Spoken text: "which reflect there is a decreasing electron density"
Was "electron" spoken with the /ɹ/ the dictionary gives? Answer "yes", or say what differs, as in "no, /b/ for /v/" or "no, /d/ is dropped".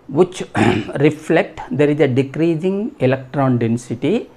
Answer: yes